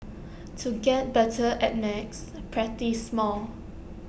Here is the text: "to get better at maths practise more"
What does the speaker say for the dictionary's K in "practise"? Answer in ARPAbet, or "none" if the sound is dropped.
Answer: none